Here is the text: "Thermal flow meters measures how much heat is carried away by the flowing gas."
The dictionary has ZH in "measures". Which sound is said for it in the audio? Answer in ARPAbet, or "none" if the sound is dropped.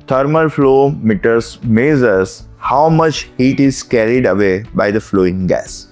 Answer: Z